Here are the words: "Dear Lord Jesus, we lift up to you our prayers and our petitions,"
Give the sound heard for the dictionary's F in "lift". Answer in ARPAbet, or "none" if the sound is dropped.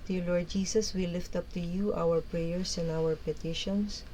F